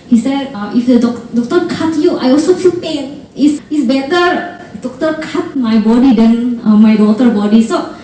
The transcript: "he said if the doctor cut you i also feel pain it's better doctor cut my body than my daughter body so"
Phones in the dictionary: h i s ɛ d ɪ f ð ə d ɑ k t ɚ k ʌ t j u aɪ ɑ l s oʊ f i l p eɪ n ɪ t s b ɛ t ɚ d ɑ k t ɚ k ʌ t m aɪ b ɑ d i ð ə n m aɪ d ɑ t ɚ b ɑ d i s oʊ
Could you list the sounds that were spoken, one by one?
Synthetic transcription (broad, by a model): h i s ɛ d ɪ f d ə d ɑ k t ɚ k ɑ t j u aɪ ɑ l s oʊ f i l p eɪ n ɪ s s b ɛ t ɚ d ɑ k t ɚ k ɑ t m aɪ b ɑ d i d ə n m aɪ d ɑ t ɚ b ɑ d i s oʊ